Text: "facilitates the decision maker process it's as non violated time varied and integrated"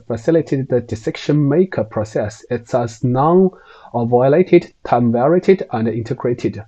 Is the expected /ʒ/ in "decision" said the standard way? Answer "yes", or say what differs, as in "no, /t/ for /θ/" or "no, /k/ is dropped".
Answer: no, /ʃ/ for /ʒ/